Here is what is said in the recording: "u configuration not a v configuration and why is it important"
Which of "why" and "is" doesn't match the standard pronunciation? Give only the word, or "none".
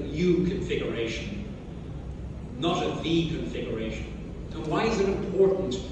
none